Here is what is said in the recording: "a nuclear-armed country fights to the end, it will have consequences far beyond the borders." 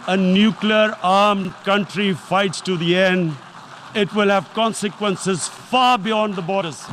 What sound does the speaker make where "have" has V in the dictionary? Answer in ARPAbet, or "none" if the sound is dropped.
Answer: V